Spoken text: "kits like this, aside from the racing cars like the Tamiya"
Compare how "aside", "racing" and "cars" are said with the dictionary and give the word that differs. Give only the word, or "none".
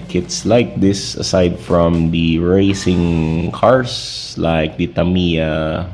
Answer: cars